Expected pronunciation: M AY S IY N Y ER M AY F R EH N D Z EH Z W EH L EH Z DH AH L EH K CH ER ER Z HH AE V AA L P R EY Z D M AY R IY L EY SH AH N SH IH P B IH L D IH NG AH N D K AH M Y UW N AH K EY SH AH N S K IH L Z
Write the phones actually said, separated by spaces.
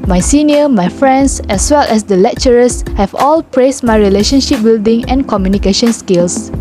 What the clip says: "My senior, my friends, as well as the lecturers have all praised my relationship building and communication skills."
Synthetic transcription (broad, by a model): M AY S IY N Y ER M AY F R EH N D S EH S W EH L EH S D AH L EH K CH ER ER S HH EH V AA L P R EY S M AY R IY L EY SH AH N SH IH P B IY L D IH NG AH N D K AH M Y UW N AH K EY SH AH N S K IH L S